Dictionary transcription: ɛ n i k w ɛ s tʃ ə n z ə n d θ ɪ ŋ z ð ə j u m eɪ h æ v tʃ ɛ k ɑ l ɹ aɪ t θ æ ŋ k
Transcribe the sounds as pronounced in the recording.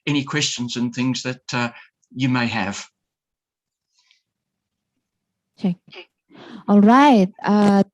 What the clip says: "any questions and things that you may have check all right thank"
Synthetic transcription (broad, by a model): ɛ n i k w ɛ s tʃ ə n z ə n θ ɪ ŋ z ð ə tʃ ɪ m eɪ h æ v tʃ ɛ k ɑ l ɹ aɪ t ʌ